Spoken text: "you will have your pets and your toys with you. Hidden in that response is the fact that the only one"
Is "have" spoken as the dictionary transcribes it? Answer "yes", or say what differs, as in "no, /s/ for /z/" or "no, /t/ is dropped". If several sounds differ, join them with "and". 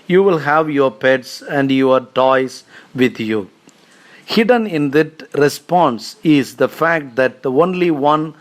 yes